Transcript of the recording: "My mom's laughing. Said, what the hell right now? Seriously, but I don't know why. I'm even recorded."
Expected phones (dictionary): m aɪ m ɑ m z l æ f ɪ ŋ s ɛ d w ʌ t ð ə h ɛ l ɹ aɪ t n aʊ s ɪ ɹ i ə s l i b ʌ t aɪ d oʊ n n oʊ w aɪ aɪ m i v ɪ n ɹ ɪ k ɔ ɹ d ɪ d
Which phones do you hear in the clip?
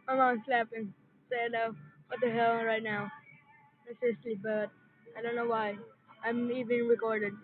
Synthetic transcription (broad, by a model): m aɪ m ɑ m s l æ p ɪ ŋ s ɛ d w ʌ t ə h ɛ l ɹ aɪ t n aʊ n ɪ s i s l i b ʌ t aɪ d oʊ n n oʊ w aɪ aɪ m i v ɪ n ɹ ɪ k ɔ ɹ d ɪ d